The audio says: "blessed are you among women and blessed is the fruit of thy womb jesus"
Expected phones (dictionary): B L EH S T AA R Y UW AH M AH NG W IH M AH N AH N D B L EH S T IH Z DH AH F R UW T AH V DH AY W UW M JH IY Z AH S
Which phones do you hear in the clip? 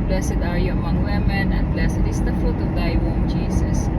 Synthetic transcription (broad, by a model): B L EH S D AA R Y UW AH M AH NG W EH M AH N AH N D B L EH S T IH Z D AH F UW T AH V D AY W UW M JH IY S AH S